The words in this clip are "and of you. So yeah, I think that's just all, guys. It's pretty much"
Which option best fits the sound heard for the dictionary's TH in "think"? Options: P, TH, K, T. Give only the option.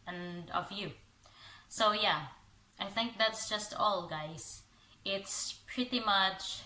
TH